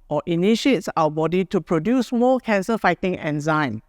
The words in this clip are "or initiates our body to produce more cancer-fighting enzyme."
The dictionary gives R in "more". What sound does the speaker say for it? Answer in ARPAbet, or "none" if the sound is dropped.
L